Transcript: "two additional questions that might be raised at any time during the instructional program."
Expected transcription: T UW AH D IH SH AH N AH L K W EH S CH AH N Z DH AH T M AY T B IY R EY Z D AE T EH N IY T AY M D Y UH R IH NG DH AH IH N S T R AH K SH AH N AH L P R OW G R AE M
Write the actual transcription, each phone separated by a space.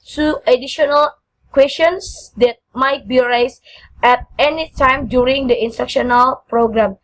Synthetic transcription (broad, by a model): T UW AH D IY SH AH N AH L K W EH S AH N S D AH T M AY T B IY R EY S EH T EH N IY T AY M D Y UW R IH NG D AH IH N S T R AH K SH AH N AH L P R OW G R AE M